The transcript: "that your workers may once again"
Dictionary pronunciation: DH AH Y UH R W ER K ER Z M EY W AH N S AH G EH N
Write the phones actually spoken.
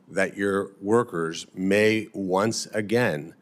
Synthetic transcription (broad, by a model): DH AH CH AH R W ER K ER Z M EY W AH N S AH G EH N